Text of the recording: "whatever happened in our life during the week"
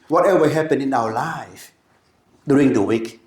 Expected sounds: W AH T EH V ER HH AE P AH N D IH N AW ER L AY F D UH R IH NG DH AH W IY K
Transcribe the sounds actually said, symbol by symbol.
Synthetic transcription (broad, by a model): W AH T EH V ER HH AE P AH N IH N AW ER L AY F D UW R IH NG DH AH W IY K